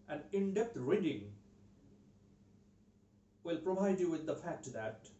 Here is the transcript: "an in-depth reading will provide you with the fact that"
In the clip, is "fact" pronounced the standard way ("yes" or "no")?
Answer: yes